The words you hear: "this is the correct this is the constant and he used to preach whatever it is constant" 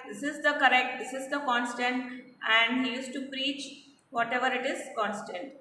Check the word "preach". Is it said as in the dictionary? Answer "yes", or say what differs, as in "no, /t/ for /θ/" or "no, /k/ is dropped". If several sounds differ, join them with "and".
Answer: yes